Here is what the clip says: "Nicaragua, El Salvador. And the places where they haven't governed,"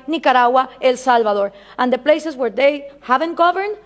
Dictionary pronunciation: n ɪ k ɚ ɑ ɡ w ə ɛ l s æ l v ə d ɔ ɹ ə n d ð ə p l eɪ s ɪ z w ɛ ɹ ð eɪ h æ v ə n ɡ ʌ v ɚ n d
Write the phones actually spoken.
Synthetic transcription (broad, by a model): n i k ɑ ɑ w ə ɛ l s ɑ l b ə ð ɔ ɹ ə n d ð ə p l eɪ s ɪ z w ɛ ɹ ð eɪ h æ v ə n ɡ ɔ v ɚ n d